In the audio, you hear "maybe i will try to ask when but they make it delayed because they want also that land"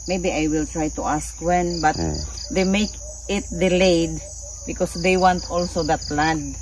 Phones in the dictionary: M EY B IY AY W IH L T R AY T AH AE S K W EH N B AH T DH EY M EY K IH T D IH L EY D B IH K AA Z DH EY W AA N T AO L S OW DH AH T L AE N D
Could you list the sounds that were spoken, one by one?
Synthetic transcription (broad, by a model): M EY B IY AY W IH L T R AY T AH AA S K W EH N B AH T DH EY M EY K IH T D IH L EY D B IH K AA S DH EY W AA N T AO L S OW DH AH T L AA D